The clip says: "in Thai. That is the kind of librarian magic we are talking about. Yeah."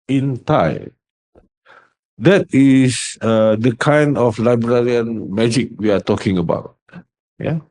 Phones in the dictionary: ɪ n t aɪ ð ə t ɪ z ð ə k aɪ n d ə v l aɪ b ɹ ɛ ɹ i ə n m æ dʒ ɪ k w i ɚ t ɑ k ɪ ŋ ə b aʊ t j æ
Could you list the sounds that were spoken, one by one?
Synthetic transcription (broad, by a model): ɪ n t aɪ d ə t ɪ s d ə k aɪ n d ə f l aɪ b ɹ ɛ ɹ i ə n m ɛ dʒ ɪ k w i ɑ t ɑ k ɪ ŋ ə b aʊ t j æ